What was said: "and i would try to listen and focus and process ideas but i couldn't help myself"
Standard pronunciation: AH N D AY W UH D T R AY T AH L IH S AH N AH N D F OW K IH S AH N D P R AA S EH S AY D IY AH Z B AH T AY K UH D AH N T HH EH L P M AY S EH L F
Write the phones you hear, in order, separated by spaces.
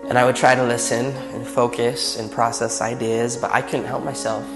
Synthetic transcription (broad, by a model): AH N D AY W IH D T R AY T AH L IH S AH N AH N F OW K IH S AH N P R AA S EH S AY D IY AH Z B AH T AY K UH D N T HH EH L P M AY S EH L F